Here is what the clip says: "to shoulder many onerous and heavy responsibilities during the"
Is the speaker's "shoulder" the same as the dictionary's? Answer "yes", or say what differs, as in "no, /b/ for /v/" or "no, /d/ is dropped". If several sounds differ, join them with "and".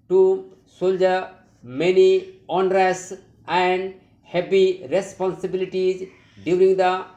no, /s/ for /ʃ/